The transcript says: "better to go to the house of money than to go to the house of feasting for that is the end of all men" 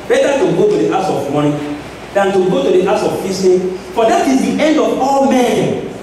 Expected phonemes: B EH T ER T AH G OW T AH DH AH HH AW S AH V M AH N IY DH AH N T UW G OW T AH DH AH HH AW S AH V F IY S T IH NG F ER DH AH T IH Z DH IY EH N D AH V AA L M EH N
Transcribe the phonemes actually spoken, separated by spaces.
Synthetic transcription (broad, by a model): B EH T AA T AH G OW T AH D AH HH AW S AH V M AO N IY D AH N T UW G OW T AH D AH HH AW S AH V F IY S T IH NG F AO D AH T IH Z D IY EH N D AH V AA L M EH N